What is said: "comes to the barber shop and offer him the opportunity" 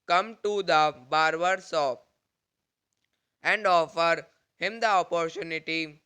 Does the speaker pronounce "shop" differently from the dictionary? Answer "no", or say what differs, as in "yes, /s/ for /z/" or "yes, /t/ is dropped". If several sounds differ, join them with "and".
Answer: yes, /s/ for /ʃ/